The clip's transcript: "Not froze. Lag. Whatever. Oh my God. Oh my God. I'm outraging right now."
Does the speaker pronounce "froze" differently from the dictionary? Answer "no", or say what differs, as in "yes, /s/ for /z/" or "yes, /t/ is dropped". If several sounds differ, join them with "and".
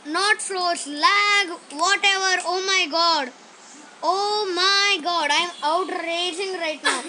yes, /s/ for /z/